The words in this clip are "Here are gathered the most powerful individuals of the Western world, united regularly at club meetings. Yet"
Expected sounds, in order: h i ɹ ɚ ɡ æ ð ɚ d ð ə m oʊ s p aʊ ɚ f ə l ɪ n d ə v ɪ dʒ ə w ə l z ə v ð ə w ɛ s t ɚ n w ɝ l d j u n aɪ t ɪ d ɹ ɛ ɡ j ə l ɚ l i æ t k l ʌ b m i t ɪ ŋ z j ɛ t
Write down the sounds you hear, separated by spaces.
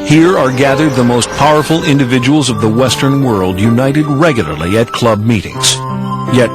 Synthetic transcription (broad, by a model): h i ɹ ɚ ɡ æ ð ɚ d ð ə m oʊ s p aʊ ɚ f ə l ɪ n d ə v ɪ dʒ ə w l z ə v ð ə w ɛ s t ɚ n w ɝ l d j u n aɪ t ɪ d ɹ ɛ ɡ j l ɚ l i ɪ t k l ʌ b m i t ɪ ŋ z j ɛ t